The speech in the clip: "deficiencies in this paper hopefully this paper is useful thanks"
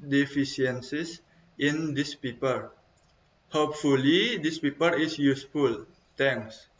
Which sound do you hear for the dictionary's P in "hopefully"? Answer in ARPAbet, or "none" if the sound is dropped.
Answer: P